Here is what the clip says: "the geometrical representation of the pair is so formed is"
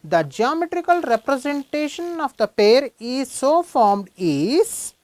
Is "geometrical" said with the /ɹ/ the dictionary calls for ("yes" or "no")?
yes